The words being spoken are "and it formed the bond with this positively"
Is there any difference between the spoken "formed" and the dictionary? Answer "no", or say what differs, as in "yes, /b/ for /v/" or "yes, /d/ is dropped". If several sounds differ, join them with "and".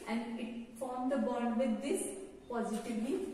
no